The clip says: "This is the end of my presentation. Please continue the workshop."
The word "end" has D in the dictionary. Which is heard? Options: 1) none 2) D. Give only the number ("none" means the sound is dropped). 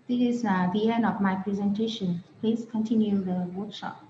1